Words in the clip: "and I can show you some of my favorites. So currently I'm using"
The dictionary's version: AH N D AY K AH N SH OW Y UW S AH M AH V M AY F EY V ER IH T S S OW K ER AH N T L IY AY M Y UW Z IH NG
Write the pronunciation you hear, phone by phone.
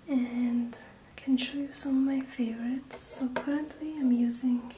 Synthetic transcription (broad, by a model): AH N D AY K AH N SH OW Y UW S AH M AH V M AY F EY V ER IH T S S OW K ER AH N T L IY AY M Y UW Z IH NG